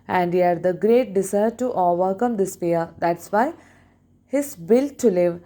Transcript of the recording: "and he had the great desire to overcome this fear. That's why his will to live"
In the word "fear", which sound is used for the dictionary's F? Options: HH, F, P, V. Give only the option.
P